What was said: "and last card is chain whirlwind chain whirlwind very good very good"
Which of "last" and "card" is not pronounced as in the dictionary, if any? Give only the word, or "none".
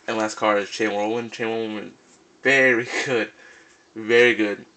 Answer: card